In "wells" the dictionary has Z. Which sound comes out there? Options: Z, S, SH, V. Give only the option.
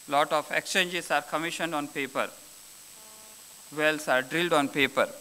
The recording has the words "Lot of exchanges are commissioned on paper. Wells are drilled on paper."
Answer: S